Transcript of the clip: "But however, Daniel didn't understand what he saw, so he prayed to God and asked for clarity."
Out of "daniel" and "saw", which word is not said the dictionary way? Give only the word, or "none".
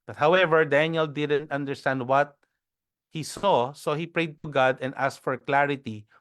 none